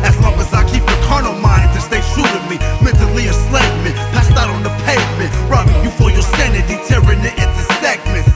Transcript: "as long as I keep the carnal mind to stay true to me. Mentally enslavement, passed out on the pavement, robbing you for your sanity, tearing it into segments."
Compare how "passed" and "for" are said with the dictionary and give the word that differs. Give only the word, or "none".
for